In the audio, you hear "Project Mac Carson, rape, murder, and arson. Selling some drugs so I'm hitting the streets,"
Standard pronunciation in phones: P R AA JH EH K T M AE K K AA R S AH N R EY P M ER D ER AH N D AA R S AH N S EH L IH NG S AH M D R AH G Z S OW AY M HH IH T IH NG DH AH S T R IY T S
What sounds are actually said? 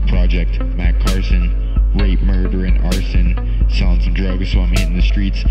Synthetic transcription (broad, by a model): P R AA JH EH K T M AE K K AA R S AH N R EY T M ER D ER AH N AA R S AH N S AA IH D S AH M D R AH G Z S OW AY M HH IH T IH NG DH AH S T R IY T S